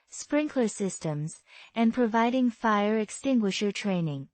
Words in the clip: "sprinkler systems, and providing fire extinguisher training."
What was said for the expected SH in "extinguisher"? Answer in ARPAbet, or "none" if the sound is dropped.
SH